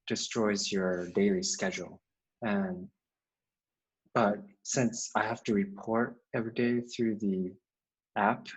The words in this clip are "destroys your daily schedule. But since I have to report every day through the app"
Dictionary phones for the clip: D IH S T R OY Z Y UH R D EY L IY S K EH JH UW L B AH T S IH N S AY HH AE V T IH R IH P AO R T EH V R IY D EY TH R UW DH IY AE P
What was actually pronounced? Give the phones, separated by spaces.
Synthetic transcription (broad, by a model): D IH S T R OY Z Y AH R D EY L IY S K EH JH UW N B AH T S IH N S AY HH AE F T IH R IH P AO R T EH V R IY D EY TH R UW DH IY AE P